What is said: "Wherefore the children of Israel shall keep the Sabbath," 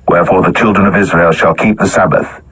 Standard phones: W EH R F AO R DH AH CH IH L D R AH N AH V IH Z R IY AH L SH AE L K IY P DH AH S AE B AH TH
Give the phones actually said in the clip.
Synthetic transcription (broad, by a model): W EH R F AO R DH AH CH IH L D R AH N AH V IH Z R IY AH L SH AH L K IY P DH AH S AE B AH TH